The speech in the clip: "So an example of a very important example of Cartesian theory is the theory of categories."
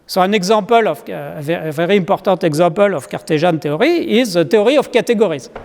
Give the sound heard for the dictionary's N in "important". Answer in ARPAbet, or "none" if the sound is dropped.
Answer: none